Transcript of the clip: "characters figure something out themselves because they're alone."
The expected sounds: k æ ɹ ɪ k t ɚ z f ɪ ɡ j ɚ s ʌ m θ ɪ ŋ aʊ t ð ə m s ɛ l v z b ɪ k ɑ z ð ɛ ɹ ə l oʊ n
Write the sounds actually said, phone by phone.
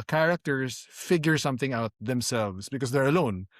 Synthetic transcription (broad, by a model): k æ ɹ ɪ k t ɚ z f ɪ ɡ j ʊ s ʌ m θ ɪ ŋ aʊ t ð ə m s ɛ l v s b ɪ k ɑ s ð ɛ ɹ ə l oʊ n